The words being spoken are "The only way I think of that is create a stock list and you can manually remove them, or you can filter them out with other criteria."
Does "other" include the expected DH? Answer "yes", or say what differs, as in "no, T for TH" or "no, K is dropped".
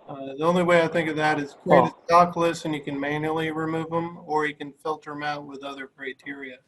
yes